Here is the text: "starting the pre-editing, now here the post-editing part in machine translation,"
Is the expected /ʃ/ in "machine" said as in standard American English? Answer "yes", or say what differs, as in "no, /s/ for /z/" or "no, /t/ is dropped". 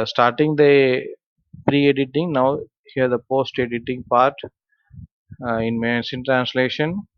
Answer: no, /s/ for /ʃ/